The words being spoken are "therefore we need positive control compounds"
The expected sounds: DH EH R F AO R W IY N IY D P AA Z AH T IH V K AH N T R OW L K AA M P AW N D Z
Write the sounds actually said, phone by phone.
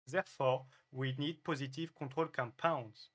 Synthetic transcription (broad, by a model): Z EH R F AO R W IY N IY D P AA Z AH T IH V K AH T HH OW L K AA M P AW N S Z